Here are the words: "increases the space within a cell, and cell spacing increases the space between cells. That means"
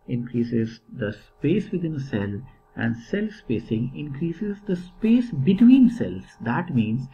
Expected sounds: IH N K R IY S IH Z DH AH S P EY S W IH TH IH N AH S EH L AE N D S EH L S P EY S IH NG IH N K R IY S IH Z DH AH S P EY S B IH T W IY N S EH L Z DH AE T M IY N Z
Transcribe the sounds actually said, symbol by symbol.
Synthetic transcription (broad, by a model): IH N K R IY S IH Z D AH S P EY S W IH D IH N AH S EH L AE N D S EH L S P EY S IH NG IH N K R IY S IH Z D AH S P EY S B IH T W IY N S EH L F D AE T M IY N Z